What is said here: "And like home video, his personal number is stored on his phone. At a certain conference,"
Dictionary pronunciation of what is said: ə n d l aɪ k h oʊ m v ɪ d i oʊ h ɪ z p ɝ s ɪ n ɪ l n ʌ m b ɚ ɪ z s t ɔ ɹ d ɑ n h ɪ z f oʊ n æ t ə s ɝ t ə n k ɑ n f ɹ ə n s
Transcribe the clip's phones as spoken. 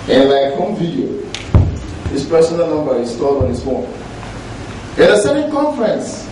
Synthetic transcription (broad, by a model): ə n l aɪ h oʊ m v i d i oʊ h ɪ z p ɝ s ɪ n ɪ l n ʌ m b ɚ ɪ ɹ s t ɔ l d ɑ n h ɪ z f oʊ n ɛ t ə s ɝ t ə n k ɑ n f ɹ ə n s